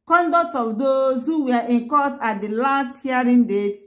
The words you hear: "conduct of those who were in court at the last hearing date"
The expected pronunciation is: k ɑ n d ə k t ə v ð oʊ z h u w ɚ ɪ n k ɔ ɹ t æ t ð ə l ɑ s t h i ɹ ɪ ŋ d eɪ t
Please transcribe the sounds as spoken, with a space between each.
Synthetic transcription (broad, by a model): k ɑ n d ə k t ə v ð oʊ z h u w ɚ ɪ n k ɔ l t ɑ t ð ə l ɑ s t h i ɹ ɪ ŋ d eɪ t